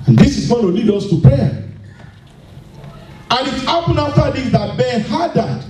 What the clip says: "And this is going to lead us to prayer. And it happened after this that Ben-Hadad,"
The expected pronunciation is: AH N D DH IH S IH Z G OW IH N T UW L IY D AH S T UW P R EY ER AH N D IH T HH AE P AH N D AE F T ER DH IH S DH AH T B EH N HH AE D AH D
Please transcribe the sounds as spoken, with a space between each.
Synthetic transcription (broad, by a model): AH N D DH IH S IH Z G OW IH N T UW L IY D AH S T UW P R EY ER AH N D IH T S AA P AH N AA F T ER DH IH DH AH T B EH N HH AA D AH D